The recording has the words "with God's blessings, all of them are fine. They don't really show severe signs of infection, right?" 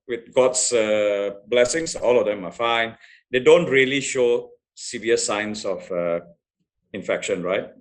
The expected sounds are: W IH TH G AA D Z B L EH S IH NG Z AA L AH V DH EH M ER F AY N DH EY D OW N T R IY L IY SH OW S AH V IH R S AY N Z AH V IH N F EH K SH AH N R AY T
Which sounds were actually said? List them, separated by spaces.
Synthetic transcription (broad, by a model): W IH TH G AA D S B L EH S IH NG S AA L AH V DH EH M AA F AY N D EY D OW N T R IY L IY SH OW S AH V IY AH S AY N S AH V IH N F EH K SH AH N R AY T